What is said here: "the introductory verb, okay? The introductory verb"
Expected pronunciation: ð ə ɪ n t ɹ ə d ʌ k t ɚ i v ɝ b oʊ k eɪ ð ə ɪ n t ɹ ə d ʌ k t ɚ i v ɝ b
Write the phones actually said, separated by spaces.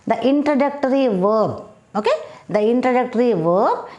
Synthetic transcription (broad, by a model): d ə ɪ n t ɹ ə d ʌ k t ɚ i v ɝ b oʊ k eɪ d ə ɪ n t ɹ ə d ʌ k t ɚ i v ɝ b